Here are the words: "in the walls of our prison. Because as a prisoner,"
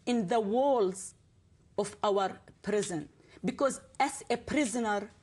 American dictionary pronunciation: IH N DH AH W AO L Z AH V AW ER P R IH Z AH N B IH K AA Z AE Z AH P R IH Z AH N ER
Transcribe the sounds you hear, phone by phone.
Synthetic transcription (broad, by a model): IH N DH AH W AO L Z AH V AW ER P R IH Z AH N B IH K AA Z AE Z AH P R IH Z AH N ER